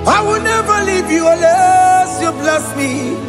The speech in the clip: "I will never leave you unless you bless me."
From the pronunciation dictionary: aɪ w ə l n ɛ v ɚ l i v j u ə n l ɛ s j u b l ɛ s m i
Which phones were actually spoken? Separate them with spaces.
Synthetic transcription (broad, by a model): aɪ w ə l n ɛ v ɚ l i v j u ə l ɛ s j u b l ɛ s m i